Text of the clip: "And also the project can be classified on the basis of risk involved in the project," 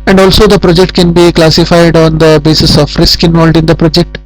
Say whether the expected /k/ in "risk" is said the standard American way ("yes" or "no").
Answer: yes